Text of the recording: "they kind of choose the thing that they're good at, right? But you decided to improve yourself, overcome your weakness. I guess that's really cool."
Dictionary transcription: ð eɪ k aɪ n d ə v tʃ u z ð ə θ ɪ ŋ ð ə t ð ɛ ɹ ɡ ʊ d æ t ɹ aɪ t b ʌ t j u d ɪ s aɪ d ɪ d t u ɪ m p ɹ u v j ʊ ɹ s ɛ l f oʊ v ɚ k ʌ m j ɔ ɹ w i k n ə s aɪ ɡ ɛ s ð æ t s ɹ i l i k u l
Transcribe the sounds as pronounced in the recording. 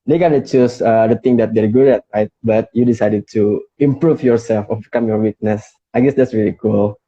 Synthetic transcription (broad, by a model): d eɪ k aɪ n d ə tʃ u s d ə t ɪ ŋ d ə t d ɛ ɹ ɡ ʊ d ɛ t ɹ aɪ t b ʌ t j u d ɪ s aɪ d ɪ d t u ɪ m p ɹ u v j ʊ ɹ s ɛ l f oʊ b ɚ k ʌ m j ɔ ɹ w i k n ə s aɪ ɡ ɛ s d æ t s ɹ i l i k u l